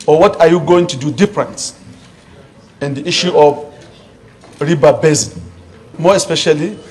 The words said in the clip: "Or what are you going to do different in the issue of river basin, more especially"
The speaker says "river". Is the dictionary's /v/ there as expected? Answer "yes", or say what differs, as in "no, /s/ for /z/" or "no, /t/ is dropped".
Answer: no, /b/ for /v/